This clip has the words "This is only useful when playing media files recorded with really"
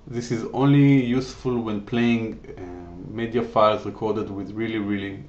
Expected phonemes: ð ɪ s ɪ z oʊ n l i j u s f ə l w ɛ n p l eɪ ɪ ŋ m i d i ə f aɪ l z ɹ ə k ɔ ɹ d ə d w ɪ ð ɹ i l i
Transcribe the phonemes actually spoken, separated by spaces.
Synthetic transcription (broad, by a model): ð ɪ s ɪ z oʊ n l i j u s f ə l w ɛ n p l eɪ ɪ ŋ m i d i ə f aɪ l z ɹ ə k ɔ ɹ d ə d w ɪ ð ɹ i l i